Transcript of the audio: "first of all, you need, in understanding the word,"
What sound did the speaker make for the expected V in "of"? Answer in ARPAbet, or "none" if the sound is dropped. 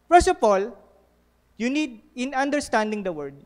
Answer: P